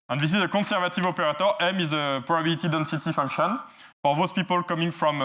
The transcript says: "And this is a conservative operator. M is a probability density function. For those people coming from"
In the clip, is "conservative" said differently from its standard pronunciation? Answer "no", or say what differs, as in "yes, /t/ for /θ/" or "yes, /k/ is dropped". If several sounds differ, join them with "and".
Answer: yes, /n/ is dropped